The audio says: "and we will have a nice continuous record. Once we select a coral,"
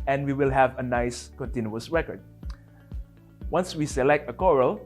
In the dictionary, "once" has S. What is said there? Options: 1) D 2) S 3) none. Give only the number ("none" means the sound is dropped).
2